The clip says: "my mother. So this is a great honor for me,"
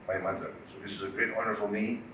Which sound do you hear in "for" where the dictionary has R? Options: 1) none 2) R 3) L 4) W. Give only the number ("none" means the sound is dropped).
3